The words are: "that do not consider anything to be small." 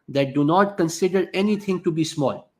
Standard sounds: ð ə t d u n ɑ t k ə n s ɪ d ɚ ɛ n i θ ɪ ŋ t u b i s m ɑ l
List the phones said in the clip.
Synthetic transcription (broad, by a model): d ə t d u n ɑ t k ə n s ɪ d ɚ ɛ n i t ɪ ŋ t u b i s m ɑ l